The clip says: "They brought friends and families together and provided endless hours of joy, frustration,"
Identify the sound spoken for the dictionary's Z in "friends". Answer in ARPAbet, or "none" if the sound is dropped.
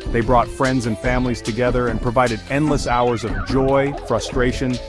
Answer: Z